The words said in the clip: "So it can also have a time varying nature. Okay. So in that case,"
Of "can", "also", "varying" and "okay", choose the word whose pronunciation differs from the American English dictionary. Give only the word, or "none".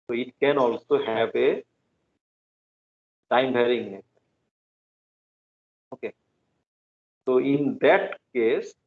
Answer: varying